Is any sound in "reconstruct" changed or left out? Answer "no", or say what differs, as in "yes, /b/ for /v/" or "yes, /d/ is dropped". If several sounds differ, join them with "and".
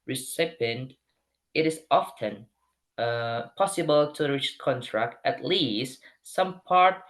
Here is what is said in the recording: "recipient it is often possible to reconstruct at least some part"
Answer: yes, /s/ is dropped